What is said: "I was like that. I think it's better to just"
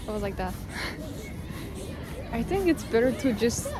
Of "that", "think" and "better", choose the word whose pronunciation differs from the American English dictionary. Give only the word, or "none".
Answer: none